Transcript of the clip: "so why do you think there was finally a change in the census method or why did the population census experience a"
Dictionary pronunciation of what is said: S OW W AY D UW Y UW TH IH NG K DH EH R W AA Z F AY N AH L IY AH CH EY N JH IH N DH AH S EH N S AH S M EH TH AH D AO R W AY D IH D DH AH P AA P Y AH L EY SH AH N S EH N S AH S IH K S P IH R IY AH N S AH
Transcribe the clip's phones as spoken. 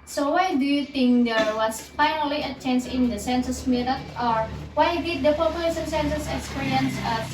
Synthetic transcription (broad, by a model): S OW W AY D UW Y UW T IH NG K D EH R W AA S F AY N AH L IY AH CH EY N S IH N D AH S EH N S AH S M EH T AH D AO R W AY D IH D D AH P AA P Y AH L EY S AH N S EH N S AH S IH K S P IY R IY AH N S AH